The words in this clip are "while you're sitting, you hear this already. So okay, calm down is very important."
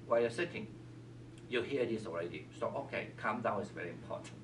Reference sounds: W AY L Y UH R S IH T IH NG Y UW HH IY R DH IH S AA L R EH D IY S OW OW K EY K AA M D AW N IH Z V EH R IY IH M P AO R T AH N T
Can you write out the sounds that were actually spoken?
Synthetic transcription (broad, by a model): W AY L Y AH S IH T IH NG Y UW HH IY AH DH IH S AA L R EH D IY S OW OW K EY K AA M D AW IH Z V EH R IY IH M P AO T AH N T